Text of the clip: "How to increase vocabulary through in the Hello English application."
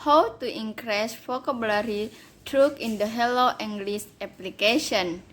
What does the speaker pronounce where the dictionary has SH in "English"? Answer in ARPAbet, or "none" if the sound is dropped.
S